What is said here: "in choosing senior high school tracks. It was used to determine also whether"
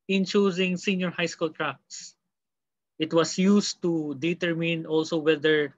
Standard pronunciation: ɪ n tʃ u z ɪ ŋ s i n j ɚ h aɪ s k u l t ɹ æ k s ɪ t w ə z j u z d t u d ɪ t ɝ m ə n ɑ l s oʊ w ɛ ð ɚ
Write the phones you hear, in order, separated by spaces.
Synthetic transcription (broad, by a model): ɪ n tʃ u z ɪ ŋ s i n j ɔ h aɪ s k u l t ɹ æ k s ɪ t w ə s j u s t u d ɪ t ɝ m ə n ɑ l s oʊ w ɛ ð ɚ